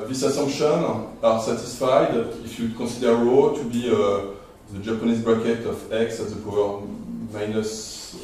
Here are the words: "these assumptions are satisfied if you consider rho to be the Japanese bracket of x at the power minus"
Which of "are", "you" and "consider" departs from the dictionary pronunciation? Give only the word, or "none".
consider